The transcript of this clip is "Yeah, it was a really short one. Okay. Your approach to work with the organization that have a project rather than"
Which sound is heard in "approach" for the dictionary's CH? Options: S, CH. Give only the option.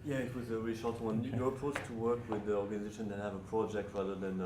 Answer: S